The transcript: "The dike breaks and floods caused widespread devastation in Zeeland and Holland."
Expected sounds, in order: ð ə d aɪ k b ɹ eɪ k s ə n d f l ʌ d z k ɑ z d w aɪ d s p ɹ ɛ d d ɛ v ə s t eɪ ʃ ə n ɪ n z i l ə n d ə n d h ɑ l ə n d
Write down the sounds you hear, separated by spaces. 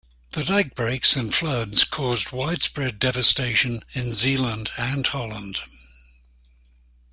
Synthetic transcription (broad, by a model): ð ə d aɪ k b ɹ eɪ k s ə n f l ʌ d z k ɑ z d w aɪ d s p ɹ ɛ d d ɛ v ə s t eɪ ʃ ə n ɪ n z i l ə n d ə n h ɑ l ə n d